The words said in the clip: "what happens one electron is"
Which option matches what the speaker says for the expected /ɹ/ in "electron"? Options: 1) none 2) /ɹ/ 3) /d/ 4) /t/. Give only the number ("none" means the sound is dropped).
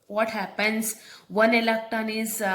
1